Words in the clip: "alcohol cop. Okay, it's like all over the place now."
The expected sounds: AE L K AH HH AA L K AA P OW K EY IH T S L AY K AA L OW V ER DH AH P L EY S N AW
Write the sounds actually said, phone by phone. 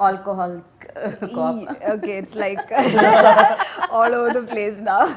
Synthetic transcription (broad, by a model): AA L K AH HH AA L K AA OW K EY IH T S L AY K AA L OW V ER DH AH P L EY S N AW